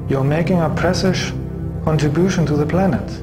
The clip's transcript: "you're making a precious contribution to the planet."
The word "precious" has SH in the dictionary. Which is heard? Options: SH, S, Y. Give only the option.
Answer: S